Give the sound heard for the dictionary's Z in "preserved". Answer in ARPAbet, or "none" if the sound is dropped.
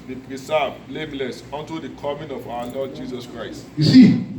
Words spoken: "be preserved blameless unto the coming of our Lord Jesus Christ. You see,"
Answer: S